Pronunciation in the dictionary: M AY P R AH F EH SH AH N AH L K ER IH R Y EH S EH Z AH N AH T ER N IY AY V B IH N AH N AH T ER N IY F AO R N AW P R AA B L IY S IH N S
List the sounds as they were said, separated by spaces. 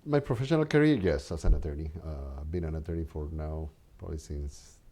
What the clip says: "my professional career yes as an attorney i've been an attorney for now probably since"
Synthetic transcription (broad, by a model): M AY P R AH F EH SH AH N AH L K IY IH R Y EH S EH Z AH N AH T ER N IY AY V B IH N AH N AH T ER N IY F AO R N AW P AA L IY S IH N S